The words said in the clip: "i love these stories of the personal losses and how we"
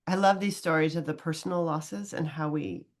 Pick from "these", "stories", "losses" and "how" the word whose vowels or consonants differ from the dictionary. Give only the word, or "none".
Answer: none